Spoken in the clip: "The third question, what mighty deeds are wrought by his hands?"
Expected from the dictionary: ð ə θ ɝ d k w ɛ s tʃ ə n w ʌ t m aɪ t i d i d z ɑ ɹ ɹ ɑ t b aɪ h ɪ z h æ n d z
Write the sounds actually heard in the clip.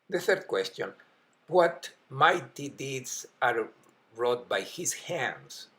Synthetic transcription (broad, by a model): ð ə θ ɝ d k w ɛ s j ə n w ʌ t m aɪ t i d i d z ɑ ɹ ɹ ɑ t b aɪ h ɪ s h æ n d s